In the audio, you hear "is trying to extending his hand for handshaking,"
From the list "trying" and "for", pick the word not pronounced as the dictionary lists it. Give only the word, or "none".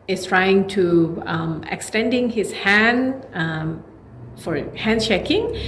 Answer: none